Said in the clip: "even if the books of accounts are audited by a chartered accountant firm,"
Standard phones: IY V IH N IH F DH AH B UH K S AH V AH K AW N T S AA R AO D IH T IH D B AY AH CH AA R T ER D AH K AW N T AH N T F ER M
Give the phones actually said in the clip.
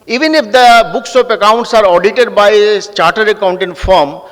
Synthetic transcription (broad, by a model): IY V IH N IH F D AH B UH K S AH P AH K AW N T S AA R AO D IH T IH D B AY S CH AA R T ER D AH K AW N T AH N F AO M